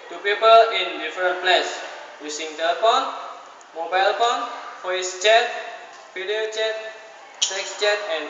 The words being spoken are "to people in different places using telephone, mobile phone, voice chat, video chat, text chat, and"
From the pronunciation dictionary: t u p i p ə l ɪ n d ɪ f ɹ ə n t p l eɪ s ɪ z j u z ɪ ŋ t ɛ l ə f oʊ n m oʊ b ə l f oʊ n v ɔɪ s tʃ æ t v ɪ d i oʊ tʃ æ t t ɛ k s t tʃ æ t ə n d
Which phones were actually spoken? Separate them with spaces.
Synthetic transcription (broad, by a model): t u p i p ə l ɪ n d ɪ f ɹ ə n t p l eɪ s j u s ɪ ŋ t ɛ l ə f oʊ n m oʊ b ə l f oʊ n f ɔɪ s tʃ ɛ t f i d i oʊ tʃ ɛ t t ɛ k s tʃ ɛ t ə n